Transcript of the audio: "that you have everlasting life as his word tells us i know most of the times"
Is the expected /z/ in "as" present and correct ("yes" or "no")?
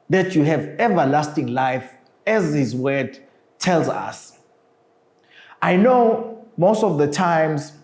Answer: yes